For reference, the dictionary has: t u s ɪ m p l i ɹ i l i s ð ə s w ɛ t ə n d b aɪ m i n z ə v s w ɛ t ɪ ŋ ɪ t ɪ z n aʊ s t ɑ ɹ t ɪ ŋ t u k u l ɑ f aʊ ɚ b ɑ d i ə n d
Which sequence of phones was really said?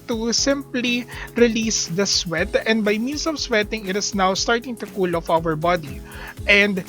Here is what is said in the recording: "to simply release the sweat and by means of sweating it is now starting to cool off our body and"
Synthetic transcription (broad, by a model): t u s ɪ m p l i ɹ i l i s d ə s w ɛ t ə n d b aɪ m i n s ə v s w ɛ t ɪ ŋ ɪ t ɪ s n aʊ s t ɑ ɹ t ɪ ŋ t u k u l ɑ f aʊ ɚ b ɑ d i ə n d